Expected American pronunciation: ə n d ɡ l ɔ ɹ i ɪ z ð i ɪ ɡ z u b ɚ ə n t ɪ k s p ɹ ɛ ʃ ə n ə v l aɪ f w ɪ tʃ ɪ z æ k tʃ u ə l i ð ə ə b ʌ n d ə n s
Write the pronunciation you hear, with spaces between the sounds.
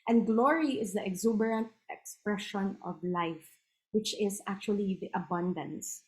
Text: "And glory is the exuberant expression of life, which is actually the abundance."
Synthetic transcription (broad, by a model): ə n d ɡ l ɔ ɹ i ɪ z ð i ɪ ɡ z u b ɚ ə n t ɪ k s p ɹ ɛ ʃ ə n ə v l aɪ f w ɪ tʃ ɪ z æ k tʃ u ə l i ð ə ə b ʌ n d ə n s